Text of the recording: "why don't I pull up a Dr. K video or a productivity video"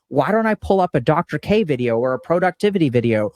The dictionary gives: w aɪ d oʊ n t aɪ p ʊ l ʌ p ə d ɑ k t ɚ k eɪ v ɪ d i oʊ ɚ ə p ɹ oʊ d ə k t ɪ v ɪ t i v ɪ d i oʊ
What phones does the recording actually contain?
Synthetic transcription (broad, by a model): w aɪ d oʊ n t aɪ p ʊ l ʌ p ə d ɑ k t ɚ k eɪ v ɪ d i oʊ ɚ ə p ɹ oʊ d ə k t ɪ v ɪ t i v ɪ d i oʊ